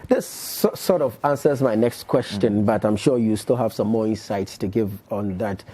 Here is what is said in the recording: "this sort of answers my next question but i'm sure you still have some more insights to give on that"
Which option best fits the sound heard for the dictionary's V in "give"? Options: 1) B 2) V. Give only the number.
2